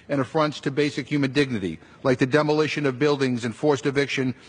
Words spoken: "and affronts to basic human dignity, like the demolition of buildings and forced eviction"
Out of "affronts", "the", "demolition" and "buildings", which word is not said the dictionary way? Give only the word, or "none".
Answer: none